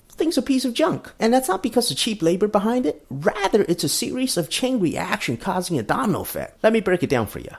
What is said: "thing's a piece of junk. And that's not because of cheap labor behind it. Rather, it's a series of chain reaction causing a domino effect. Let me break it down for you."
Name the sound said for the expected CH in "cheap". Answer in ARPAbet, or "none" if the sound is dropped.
CH